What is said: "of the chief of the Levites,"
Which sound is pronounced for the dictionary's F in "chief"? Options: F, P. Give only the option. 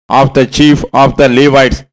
F